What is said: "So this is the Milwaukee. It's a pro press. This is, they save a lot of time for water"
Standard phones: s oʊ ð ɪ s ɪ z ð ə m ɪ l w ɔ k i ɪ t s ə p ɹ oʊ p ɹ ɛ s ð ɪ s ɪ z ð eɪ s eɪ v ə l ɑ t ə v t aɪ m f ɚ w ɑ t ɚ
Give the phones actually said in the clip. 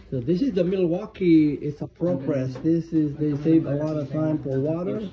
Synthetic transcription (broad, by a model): s oʊ ð ɪ s ɪ z ð ə m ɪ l w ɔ k i ɪ t s ə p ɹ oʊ p ɹ ɛ s ð ɪ s ɪ z ð eɪ s eɪ v ə l ɑ t ə v t aɪ m f ɚ w ɑ t ɚ